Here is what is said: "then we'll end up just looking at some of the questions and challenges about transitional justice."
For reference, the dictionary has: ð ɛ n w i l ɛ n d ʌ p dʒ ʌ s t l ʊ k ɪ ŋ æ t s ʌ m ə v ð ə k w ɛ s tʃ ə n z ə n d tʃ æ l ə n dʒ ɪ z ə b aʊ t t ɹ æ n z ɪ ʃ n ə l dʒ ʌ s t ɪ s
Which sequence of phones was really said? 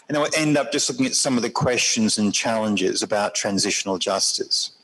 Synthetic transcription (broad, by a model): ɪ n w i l ɛ n d ʌ p dʒ ʌ s t l ʊ k ɪ ŋ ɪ t s ʌ m ə v ð ə k w ɛ s tʃ ə n z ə n tʃ æ l ə n dʒ ɪ z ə b aʊ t t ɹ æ n z ɪ ʃ n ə l dʒ ʌ s t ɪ s